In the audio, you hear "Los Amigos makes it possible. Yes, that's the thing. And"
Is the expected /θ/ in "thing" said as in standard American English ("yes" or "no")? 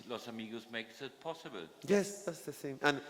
no